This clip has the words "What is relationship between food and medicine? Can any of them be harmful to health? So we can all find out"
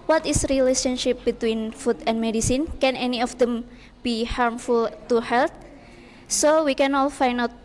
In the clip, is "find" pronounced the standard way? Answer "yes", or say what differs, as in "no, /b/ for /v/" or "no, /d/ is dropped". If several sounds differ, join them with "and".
no, /d/ is dropped